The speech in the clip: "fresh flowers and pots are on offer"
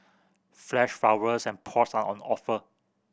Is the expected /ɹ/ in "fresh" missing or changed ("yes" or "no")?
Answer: yes